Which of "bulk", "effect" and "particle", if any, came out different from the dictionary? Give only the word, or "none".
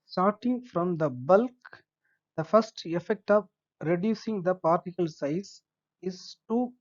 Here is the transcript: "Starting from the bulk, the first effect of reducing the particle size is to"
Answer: none